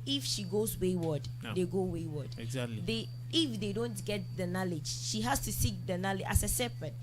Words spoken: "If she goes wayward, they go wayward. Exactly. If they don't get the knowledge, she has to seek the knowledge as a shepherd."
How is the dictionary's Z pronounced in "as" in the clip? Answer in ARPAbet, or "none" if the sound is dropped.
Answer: S